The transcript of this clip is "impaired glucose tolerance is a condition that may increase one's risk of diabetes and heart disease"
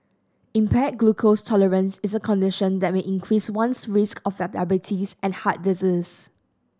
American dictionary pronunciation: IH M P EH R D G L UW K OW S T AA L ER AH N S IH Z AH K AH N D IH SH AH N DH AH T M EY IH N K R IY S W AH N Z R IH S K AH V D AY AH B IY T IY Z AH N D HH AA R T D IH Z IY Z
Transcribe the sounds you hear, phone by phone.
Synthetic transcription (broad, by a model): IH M P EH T G L UW K OW S T AA L ER AH N S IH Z AH K AH N D IH SH AH N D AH T M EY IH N K R IY S W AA N S R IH S K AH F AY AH B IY T IY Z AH N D HH AA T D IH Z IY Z